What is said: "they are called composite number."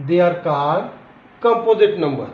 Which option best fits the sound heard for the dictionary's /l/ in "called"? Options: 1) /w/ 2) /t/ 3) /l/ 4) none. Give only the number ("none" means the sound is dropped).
4